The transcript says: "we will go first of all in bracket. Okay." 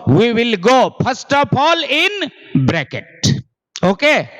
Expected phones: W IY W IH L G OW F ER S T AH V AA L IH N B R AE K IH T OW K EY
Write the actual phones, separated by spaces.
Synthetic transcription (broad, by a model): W IY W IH L G OW P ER S T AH P AA L IH N B R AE K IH T OW K EY